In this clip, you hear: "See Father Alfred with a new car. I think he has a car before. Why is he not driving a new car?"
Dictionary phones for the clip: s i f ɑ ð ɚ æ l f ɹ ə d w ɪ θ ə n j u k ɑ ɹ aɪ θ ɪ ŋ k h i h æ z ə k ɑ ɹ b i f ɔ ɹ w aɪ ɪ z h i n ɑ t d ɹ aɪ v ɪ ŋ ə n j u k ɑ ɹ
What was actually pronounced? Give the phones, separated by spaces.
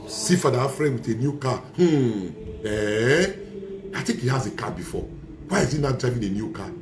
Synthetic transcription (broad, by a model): s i f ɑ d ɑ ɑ f ɹ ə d w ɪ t ə n j u k ɑ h aɪ t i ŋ k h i h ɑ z ə k ɑ b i f ɔ w aɪ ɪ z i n ɑ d ɹ aɪ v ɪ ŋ ə n j u k ɑ